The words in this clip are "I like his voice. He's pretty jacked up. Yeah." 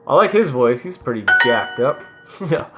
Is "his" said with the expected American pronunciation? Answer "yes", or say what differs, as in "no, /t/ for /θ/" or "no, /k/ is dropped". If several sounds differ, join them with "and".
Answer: yes